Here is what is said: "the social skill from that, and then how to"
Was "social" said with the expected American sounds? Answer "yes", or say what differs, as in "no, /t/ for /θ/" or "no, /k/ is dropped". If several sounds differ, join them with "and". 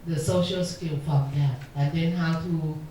yes